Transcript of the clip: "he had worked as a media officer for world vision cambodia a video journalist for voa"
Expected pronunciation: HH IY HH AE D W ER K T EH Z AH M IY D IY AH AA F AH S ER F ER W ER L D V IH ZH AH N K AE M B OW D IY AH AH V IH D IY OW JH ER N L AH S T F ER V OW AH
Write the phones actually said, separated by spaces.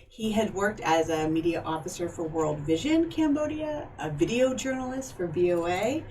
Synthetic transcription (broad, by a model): HH IY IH D W ER K T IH Z AH M IY D IY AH AA F AH S ER F ER W ER L D V IH ZH AH N K AE M B OW D IY AH AH V IH D IY OW JH ER N L AH S T F ER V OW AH